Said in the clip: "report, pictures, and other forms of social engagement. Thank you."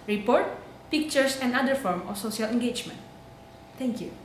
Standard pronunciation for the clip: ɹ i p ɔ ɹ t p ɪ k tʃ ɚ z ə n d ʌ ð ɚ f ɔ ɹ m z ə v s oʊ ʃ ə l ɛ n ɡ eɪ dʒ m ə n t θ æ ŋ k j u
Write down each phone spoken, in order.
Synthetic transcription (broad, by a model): ɹ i p ɔ ɹ t p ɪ k tʃ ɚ s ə n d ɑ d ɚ f ɔ ɹ m ə f s oʊ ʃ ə l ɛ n ɡ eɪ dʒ m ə n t t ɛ ŋ k j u